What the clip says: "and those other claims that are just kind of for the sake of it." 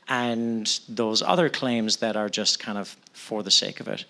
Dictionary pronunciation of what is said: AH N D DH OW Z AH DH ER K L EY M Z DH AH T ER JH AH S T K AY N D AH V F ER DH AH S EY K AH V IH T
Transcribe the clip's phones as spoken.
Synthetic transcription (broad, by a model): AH N DH OW Z AH DH ER K L EY M Z DH AH T ER JH AH S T K AY N D AH V F ER DH AH S EY K AH V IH T